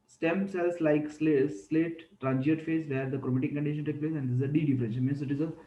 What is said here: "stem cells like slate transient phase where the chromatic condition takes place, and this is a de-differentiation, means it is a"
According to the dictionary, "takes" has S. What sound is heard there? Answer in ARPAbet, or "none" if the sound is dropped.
none